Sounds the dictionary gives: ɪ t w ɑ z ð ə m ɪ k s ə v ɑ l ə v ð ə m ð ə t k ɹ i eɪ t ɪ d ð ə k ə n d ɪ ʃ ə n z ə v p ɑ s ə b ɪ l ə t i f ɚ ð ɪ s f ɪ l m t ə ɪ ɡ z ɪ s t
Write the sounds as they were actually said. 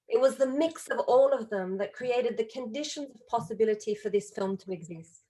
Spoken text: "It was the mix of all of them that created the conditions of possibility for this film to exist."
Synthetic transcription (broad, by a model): ɪ t w ɑ z ð ə m ɪ k s ə v ɑ l ə v ð ə m ð ə t k ɹ i eɪ t ɪ d ð ə k ə n d ɪ ʃ ə n z ə v p ɑ s ə b ɪ l ə t i f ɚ ð ɪ s f ɪ l m t ə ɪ ɡ z ɪ s t